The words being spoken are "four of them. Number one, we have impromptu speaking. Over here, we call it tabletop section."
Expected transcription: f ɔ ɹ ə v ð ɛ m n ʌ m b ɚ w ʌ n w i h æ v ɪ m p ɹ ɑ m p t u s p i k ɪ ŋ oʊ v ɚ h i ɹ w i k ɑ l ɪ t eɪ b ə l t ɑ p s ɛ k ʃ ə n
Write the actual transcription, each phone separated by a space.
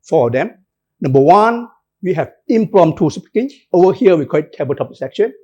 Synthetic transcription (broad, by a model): f ɔ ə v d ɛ m n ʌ m b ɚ w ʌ n w i h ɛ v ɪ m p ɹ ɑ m t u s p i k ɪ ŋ oʊ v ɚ h i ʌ w i k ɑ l ɪ t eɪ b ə t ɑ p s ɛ k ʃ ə n